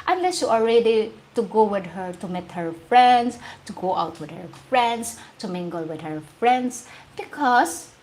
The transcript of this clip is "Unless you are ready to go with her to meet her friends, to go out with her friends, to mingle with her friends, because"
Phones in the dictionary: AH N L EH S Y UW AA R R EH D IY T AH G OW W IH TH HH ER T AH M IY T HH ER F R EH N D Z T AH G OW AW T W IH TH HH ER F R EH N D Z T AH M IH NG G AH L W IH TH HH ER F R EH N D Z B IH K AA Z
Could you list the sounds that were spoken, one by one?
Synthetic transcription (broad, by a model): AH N L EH S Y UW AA L R EH D IY T AH G OW W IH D HH ER T AH M IY T HH ER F R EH N D S T AH G OW AW T W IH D HH ER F R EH N D S T AH M IH NG G AH L W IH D HH ER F R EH N D S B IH K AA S